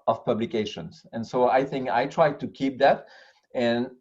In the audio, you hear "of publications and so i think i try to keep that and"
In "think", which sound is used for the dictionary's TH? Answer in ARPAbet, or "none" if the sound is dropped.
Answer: TH